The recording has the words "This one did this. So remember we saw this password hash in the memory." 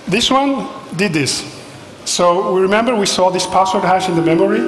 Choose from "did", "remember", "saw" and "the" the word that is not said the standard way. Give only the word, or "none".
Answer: none